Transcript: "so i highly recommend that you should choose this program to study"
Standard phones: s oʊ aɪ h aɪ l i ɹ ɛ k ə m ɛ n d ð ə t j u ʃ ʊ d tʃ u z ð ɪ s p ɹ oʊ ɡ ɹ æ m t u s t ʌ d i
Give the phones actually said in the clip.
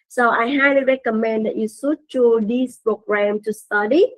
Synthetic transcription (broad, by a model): s oʊ aɪ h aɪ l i ɹ ɛ k ə m ɛ n d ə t j u s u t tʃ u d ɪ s p ɹ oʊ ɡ ɹ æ m t u s t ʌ d i